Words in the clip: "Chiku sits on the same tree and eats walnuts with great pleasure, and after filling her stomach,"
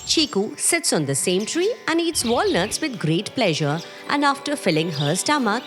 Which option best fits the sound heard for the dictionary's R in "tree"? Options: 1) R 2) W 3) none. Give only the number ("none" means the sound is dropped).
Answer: 1